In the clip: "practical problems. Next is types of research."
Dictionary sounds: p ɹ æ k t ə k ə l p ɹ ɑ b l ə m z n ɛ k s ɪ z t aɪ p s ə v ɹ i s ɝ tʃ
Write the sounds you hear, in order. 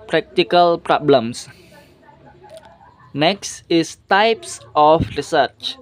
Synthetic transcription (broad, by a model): p ɹ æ k t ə k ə l p ɹ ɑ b l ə m s n ɛ k s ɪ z t aɪ p s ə f ɹ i s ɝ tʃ